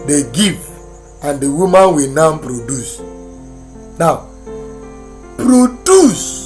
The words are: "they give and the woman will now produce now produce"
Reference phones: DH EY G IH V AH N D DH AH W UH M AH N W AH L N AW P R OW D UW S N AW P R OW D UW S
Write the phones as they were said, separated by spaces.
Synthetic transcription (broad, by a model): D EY G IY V AH N D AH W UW M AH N W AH N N P R OW D UW S N AW P R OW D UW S